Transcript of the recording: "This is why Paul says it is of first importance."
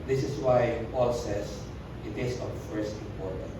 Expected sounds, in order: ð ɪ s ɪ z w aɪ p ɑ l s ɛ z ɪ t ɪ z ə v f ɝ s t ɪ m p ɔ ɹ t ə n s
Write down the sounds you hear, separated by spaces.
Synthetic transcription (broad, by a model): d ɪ s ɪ s w aɪ p ɑ l s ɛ s ɪ t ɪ s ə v f ɝ s t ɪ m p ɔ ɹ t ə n